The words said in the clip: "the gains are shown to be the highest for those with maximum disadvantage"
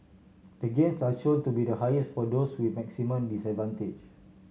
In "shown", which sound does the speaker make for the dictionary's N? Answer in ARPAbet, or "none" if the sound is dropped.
L